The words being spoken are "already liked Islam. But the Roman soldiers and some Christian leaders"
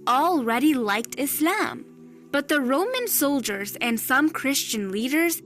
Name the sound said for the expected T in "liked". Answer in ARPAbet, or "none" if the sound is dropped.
T